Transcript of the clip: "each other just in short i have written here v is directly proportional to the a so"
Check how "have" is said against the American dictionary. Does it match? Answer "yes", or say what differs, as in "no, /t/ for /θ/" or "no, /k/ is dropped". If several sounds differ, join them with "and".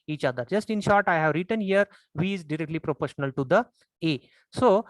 yes